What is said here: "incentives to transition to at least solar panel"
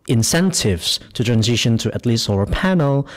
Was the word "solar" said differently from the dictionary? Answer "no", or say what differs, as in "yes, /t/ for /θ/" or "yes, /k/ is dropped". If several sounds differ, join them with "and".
yes, /l/ is dropped